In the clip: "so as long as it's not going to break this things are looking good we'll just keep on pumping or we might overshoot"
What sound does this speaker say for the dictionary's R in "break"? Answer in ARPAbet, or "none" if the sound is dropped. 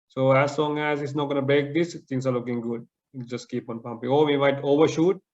none